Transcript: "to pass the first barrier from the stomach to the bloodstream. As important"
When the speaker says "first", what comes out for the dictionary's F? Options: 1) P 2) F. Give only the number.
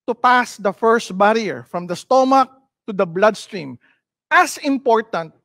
2